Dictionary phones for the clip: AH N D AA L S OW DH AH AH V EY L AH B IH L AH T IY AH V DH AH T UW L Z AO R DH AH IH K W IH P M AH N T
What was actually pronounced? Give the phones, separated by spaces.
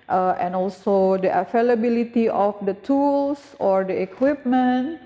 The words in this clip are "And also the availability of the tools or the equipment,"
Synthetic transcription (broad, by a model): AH N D AA L S OW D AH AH F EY L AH B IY L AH T IY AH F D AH T UW L S AO R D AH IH K W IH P M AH N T